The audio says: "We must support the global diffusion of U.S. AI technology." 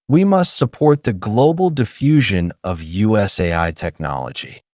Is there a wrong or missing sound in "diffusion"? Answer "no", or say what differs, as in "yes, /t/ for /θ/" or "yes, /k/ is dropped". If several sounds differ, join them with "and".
no